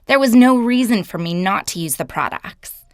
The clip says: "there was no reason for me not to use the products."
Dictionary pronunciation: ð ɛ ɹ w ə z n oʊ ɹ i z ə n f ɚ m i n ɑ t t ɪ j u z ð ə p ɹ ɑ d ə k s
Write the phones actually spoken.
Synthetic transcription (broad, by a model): ð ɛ ɹ w ə z n oʊ ɹ i z ə n f ɚ m i n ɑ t t ɪ j u z ð ə p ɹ ɑ d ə k s